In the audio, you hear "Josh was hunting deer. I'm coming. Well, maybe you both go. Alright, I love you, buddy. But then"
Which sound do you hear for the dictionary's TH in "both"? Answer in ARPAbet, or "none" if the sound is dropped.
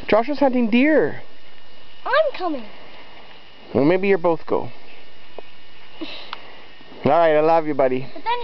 TH